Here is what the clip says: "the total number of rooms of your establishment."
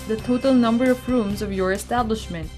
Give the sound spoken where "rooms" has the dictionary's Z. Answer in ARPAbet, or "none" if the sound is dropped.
Z